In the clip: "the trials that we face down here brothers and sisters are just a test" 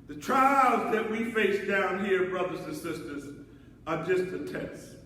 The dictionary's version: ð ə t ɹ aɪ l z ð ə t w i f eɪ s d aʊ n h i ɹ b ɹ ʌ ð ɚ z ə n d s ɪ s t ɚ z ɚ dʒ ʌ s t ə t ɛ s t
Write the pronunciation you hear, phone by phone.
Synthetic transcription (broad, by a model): ð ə t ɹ aɪ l z ð ə t w i f eɪ s d aʊ n h i ɹ b ɹ ʌ ð ɚ z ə n s ɪ s t ɚ z ɚ dʒ ʌ s t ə t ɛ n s